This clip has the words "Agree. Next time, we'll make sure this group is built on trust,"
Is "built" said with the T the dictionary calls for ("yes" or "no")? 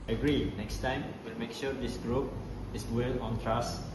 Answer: no